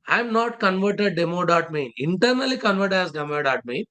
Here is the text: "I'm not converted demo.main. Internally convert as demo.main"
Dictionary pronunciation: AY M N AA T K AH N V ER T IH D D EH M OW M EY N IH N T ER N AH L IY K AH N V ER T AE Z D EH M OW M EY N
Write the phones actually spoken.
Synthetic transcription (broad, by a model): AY M N AA T K AH N V ER T IH D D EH M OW M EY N IH N T ER N AH L IY K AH N V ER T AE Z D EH M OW M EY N